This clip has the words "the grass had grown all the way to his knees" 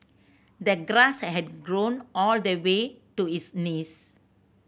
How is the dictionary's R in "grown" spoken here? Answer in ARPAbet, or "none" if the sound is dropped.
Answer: R